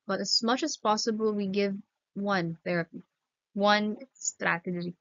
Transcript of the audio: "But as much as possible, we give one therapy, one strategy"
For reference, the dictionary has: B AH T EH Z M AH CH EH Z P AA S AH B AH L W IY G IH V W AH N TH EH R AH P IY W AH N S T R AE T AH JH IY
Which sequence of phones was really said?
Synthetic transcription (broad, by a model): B AH T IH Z M AH CH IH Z P AA S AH B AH L W IY G IH V W AH N TH EH R AH P IY W AH N S T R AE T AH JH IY